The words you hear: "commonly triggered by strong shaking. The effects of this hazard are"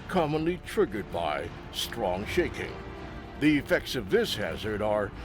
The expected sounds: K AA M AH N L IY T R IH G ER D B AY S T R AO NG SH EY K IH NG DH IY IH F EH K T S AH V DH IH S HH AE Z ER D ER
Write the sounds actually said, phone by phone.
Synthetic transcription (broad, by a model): K AA M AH N L IY T R IH G ER D B AY S T R AO NG SH EY K IH NG DH IY IH F EH K T S AH V DH IH S HH AE Z ER D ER